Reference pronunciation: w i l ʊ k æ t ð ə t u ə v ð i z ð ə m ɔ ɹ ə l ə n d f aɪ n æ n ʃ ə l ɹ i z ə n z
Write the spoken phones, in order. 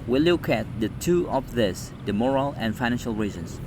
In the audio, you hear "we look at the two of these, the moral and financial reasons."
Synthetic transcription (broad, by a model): w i l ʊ k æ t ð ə t u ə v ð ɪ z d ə m ɔ ɹ ə l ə n f aɪ n æ n ʃ ə l ɹ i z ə n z